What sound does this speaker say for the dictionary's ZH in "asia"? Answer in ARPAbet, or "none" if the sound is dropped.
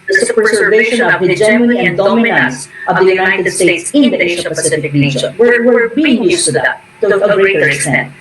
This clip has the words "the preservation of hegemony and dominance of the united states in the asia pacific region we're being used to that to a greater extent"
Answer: SH